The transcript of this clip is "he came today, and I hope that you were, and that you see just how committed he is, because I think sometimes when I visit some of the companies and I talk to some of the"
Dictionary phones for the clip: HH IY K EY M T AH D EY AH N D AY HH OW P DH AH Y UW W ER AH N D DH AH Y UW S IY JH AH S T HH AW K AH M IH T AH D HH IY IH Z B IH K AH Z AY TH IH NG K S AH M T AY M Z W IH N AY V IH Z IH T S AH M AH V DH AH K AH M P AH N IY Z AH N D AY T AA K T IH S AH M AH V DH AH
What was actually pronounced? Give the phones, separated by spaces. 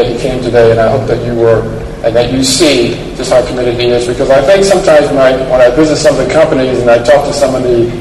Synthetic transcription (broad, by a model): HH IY K EY M T AH D EY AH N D AY HH OW P DH AH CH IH W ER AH N DH AH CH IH S IY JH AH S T HH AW K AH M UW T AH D IY IH Z B IH K AH Z AY TH IH NG K S AH M T AY M Z W IH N AY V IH Z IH S AH M AH V DH AH K AH M P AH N IY Z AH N AY T AA K T IH S AH M AH V DH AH